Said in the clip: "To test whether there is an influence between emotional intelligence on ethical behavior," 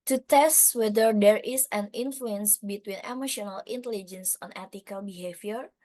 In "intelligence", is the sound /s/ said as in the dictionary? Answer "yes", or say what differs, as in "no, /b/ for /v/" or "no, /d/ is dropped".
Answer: yes